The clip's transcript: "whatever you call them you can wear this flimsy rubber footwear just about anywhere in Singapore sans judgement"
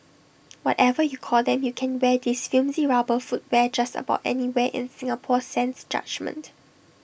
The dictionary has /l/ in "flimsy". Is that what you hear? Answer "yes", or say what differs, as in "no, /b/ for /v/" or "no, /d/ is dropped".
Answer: no, /l/ is dropped